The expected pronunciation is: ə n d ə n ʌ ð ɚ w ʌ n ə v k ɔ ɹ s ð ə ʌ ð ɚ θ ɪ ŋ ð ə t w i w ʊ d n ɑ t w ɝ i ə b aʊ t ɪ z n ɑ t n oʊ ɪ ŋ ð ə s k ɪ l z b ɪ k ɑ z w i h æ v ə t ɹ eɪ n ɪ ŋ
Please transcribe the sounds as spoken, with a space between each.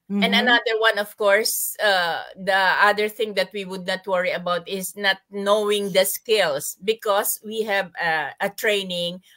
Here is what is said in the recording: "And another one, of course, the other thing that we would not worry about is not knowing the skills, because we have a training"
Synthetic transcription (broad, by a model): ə n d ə n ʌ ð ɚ w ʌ n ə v k ɔ ɹ s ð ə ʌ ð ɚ θ ɪ ŋ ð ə t w i w ʊ d n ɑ t w ɝ i ə b aʊ t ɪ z n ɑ t n oʊ ɪ ŋ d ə s k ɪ l s b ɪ k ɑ s w i h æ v ə t ɹ eɪ n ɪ ŋ